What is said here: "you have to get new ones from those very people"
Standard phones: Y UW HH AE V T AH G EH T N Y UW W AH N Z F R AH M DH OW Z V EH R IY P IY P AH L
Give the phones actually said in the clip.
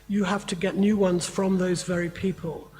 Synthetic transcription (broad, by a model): Y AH HH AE F T AH G EH T N Y UW W AH N Z F R AH M DH OW Z V EH R IY P IY P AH L